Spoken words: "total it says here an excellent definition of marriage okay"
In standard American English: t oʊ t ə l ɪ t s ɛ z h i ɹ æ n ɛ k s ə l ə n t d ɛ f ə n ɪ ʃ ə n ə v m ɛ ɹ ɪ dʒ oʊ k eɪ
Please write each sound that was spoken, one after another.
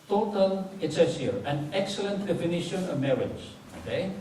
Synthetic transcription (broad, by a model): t oʊ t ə l ɪ t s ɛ s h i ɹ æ n ɛ k s ə l ə n t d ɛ f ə n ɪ ʃ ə n ə v m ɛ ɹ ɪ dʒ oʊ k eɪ